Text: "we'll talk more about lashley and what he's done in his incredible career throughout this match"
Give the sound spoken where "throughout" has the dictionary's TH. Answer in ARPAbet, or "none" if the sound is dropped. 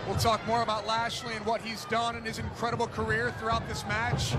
TH